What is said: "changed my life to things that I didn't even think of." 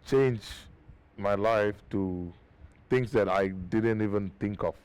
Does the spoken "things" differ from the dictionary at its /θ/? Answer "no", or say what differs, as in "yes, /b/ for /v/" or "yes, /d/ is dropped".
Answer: yes, /t/ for /θ/